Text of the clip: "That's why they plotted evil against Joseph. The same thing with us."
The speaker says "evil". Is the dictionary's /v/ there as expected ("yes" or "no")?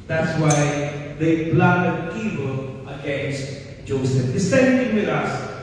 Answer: no